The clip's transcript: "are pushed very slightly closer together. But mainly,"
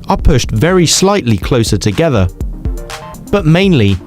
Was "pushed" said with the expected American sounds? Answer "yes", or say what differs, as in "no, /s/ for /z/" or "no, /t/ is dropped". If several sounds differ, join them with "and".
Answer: yes